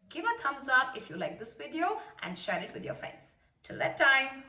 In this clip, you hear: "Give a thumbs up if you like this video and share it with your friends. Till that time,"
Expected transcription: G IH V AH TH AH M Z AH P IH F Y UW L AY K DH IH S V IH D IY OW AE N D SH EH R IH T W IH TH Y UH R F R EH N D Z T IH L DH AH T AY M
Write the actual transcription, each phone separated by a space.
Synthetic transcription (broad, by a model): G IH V AH T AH M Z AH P IH F Y UW L AY K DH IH S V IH D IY OW AE N D SH EH R IH T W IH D Y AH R F R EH N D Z T IH L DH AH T AY M